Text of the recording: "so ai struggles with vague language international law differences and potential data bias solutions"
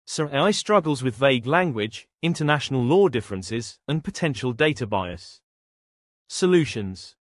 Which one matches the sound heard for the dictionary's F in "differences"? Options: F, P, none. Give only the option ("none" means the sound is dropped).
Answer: F